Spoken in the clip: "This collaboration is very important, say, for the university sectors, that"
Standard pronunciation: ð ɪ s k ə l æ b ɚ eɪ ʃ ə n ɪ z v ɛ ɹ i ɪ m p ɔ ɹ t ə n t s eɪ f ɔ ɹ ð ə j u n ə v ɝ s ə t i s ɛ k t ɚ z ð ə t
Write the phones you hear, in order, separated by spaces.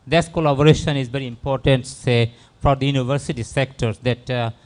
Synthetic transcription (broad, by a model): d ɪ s k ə l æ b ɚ eɪ ʃ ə n ɪ z v ɛ ɹ i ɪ m p ɔ ɹ t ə n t s eɪ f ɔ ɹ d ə j u n ə v ɝ s ə t i s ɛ k t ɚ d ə t